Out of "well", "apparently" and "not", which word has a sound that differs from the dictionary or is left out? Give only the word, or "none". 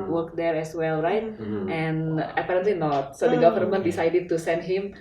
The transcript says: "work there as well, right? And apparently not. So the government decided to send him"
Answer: none